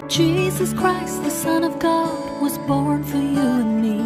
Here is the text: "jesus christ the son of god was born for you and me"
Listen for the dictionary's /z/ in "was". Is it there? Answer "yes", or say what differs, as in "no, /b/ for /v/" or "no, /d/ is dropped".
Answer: yes